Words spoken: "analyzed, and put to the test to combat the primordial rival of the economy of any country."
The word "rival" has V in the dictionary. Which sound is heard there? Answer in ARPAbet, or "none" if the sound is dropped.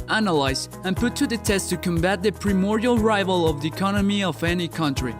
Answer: V